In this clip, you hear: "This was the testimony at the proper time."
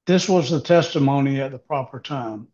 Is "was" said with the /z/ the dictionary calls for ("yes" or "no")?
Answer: yes